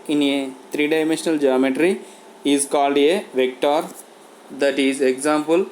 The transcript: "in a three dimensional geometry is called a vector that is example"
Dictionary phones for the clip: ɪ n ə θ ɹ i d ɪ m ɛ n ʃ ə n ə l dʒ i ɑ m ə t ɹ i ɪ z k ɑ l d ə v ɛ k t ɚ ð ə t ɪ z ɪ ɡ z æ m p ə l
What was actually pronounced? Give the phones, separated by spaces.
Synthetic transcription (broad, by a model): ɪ n ə t ɹ i d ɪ m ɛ n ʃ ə n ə l dʒ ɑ m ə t ɹ i ɪ z k ɑ l d ə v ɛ k t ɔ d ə t ɪ z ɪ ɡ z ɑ m p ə l